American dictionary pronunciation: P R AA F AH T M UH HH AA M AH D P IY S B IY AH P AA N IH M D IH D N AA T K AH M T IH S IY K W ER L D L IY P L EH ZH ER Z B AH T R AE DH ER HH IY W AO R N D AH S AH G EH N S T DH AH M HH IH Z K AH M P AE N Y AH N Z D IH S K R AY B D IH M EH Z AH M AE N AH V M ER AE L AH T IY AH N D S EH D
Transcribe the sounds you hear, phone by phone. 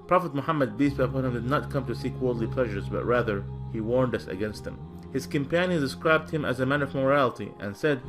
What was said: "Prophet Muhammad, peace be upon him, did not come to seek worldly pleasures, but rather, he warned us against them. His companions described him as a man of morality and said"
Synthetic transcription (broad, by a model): P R AA F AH T M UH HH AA M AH D B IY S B AH P AA N IH M D IH D N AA T K AH M T IH S IY K W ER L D L IY P L EH ZH ER Z B AH T R AE DH ER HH IY W AO R N D AH S AH G EH N S T DH AH M HH IH Z K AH M P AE N Y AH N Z D IH S K R AY B D IH M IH Z AH M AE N AH V M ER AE L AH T IY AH N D S EH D